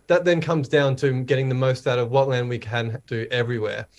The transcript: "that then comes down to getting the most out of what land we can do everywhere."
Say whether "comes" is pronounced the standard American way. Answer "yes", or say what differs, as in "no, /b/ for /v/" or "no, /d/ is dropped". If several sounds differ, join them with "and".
yes